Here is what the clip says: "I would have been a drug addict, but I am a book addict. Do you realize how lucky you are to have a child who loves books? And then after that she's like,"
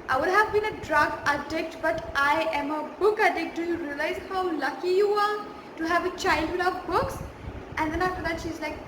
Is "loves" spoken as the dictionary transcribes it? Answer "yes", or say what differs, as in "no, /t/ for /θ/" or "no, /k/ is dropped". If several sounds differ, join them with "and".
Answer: no, /z/ is dropped